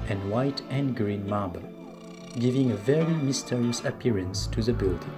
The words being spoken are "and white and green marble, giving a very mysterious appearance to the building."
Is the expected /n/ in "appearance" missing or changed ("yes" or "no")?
no